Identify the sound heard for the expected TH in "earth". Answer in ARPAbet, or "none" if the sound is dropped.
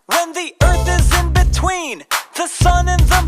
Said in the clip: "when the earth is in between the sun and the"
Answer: TH